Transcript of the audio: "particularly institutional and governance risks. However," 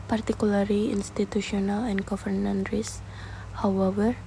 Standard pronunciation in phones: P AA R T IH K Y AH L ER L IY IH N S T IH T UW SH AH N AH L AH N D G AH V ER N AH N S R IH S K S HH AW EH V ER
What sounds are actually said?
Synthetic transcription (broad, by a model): P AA R T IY K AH L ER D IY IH N S T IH T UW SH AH N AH L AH N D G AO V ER N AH N R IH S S HH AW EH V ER